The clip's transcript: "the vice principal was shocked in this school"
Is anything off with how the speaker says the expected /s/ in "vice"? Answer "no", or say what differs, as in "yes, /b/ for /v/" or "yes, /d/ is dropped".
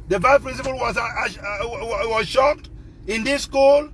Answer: yes, /s/ is dropped